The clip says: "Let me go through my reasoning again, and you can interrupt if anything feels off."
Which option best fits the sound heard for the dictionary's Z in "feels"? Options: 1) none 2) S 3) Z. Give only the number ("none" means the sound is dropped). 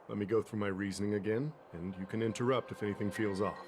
3